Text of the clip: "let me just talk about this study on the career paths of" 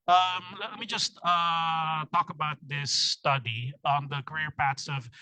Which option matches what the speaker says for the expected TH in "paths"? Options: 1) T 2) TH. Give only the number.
1